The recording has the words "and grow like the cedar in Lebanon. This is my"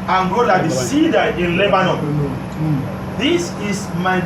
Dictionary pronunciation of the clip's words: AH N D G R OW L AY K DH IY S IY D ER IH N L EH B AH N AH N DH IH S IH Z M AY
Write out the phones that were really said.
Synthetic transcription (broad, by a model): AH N G OW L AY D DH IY S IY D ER IH N L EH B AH N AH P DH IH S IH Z M AY